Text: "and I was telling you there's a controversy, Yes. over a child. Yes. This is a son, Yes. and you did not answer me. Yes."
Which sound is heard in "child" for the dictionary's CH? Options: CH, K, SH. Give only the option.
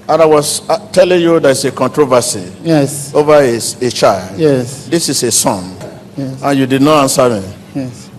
CH